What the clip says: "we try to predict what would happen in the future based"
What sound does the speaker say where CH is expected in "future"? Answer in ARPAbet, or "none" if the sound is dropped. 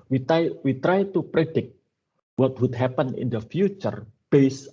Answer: CH